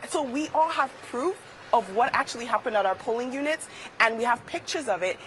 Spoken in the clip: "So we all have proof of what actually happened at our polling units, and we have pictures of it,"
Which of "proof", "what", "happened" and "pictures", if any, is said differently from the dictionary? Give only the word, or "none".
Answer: none